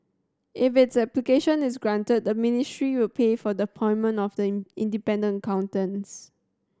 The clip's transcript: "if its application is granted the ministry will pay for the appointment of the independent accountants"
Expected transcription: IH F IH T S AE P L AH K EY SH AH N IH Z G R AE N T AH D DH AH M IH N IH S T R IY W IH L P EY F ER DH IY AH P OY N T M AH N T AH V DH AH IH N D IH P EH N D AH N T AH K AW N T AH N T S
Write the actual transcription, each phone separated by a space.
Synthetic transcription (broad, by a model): IH F IH T S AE P L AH K EY SH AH N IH S G R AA N T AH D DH AH M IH N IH S T R IY W IH L P EY F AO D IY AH P OY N M AH N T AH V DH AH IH N D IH P EH N D AH N AH K AW N T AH N S